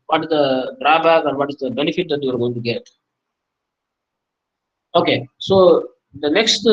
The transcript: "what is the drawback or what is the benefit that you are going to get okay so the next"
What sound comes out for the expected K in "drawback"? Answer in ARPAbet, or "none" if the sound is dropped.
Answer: none